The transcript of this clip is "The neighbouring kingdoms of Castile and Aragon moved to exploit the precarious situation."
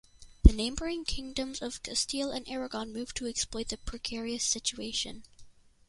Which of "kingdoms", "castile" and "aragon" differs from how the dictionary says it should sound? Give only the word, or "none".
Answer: none